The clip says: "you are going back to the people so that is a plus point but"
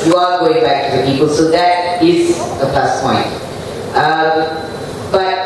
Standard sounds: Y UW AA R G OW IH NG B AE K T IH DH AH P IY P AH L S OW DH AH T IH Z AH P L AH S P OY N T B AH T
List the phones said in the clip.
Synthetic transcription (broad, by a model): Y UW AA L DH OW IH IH B AE K T IH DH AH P IY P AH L S OW DH AH T IH Z AH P AH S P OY N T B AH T